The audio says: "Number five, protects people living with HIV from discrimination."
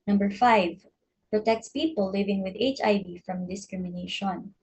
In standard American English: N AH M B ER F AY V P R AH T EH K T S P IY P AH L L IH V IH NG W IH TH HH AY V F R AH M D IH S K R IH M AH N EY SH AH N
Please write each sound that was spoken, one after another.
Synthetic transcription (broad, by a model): N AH M B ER F AY V P R AH T EH K T S P IY P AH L L IH V IH NG W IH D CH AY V F R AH M D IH S K R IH M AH N EY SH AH N